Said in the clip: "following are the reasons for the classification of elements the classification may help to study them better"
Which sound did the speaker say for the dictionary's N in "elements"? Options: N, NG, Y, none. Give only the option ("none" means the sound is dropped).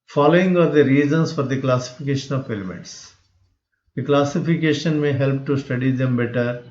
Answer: none